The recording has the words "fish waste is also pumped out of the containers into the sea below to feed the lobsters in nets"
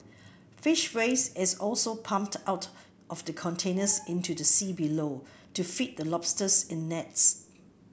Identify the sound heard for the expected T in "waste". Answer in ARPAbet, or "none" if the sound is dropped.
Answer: none